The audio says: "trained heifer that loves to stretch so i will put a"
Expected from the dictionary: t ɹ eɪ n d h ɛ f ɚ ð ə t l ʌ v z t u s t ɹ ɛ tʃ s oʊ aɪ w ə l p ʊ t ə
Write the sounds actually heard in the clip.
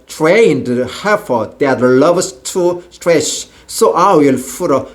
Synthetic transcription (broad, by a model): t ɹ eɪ n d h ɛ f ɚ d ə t l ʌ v s t u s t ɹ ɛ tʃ s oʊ aɪ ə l f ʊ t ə